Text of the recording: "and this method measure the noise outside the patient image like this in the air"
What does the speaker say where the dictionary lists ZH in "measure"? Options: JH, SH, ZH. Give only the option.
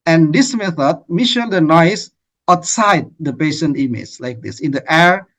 SH